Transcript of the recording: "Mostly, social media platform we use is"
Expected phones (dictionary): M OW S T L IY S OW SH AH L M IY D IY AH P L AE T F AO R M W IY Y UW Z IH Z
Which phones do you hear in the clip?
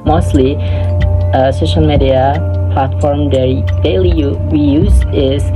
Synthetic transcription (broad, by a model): M OW S T L IY S OW SH AH L M IY D IY AH P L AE T F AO R M W IY Y UW Z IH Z